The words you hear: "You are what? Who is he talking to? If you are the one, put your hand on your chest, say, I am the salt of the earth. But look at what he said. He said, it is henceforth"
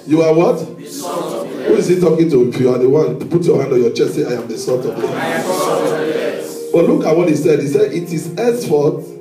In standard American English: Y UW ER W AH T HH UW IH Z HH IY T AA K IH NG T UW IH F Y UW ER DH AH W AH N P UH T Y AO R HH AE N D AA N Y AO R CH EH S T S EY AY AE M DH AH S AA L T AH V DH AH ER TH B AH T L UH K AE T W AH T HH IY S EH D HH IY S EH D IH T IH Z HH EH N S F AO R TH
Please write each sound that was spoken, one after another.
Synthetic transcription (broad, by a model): Y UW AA W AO T HH UW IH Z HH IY T AA K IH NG T UW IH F Y UW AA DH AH W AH N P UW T Y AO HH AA N D AA N Y AO CH EH S T S EY AY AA M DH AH S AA T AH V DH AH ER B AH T L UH K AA T W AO T HH IY S EH D HH IY S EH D IH T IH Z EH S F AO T